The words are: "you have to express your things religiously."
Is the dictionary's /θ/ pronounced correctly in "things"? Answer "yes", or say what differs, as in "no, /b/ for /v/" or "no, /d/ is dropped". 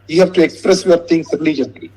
no, /t/ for /θ/